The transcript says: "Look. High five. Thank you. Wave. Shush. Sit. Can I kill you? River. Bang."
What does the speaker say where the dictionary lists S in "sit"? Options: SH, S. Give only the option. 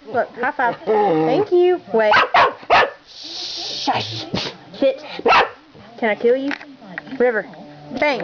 SH